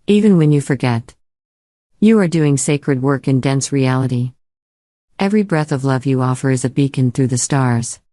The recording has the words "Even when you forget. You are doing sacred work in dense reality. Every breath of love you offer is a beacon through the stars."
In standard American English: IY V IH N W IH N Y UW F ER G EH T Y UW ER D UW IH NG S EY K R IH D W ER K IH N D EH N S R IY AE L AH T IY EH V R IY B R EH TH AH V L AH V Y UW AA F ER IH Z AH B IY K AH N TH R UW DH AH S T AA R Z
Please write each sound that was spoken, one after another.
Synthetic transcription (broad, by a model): IY V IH N W IH N Y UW F ER G EH T Y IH ER D UW IH NG S EY K R IH D W ER K IH N D EH N S R IY AE L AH T IY EH V R IY B R EH TH AH V L AH V Y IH AA F ER IH Z AH B IY K AH N TH R UW DH AH S T AA R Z